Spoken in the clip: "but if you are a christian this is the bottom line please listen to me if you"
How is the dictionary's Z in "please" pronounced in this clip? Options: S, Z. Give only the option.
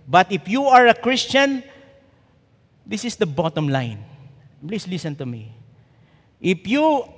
S